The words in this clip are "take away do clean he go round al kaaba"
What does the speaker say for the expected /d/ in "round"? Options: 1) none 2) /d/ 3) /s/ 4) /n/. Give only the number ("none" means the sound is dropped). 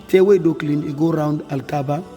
2